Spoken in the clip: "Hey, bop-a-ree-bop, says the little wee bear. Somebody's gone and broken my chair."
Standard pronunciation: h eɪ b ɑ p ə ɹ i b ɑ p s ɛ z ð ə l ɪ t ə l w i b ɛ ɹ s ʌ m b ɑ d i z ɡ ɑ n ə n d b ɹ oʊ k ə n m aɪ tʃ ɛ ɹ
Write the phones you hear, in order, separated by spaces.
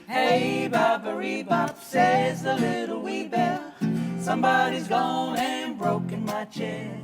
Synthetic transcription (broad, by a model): h eɪ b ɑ b ə ɹ i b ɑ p s ɛ z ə l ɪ t l w i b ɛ l s ʌ m b ɑ d i z ɡ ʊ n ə n b ɹ oʊ k ə n m aɪ tʃ ɛ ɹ